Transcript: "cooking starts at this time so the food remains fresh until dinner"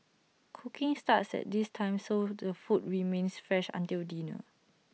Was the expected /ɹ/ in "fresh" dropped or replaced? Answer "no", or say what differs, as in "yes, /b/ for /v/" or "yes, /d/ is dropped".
no